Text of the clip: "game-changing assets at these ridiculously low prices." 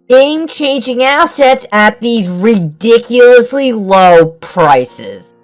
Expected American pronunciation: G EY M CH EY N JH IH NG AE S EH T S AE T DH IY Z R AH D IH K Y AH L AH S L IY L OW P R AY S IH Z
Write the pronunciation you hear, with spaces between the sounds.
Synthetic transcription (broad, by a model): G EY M CH EY N JH IH NG AE S EH T S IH T DH IY Z R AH D IH K Y L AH S L IY L OW P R AY S IH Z